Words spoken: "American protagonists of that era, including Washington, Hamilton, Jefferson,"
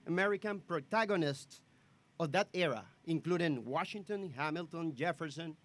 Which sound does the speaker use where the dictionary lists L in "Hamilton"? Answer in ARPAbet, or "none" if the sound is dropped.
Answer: L